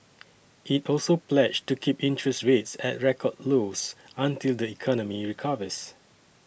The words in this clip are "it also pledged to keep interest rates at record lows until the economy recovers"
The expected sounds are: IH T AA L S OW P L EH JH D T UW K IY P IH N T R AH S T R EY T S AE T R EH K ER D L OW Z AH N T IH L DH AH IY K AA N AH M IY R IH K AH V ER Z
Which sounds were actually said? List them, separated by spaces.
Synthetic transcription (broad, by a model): IH T AA L S OW P L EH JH T UW K IY P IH N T R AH S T R EY T S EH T R EH K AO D L OW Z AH N T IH L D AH IY K AA N AH M IY R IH K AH V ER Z